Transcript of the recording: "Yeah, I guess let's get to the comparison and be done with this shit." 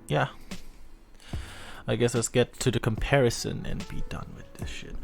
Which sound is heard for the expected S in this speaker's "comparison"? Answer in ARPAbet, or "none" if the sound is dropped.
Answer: S